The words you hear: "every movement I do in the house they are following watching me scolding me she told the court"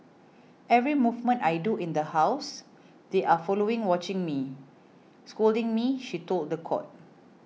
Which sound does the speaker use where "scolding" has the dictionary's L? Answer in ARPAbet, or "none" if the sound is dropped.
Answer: L